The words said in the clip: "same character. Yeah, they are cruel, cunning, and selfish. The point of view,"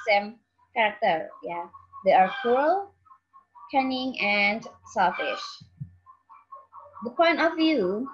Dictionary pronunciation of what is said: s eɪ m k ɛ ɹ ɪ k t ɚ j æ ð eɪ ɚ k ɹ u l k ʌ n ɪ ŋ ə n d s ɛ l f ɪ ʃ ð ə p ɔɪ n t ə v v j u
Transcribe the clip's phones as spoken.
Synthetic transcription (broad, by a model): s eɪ m k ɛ ɹ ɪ k t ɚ j æ ð eɪ ɚ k u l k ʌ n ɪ ŋ ə n d s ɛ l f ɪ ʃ ð ə p ɔɪ n t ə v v j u